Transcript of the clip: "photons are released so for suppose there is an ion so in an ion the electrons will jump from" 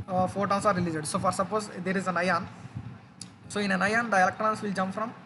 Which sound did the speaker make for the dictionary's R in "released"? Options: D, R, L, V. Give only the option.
L